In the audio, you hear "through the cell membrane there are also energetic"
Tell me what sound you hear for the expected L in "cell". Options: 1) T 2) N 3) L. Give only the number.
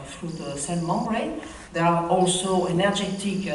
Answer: 2